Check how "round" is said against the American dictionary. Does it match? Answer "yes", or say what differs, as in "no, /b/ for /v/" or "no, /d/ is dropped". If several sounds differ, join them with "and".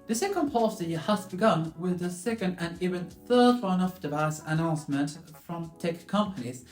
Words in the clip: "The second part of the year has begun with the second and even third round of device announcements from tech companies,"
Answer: no, /d/ is dropped